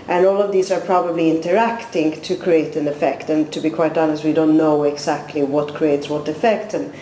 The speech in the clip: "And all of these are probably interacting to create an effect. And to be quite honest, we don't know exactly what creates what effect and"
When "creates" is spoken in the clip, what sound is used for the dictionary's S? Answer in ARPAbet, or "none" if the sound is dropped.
S